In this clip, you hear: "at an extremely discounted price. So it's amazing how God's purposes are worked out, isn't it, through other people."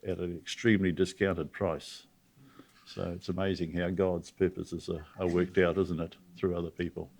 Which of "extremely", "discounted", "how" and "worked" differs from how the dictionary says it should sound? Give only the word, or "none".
none